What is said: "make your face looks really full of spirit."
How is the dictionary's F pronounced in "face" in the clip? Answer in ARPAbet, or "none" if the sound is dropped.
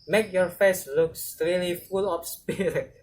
F